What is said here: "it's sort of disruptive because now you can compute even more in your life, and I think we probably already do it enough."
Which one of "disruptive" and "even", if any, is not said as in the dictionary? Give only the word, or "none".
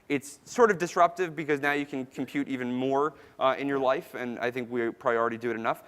none